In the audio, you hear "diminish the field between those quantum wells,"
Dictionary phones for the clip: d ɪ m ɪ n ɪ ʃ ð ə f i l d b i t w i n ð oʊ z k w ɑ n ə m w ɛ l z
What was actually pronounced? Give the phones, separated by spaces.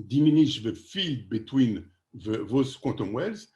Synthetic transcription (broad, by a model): d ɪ m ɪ n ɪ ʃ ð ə f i d b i t w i n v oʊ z k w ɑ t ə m w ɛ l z